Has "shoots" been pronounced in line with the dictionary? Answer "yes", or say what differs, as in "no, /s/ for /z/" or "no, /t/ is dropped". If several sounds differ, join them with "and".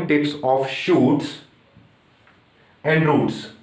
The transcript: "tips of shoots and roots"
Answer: yes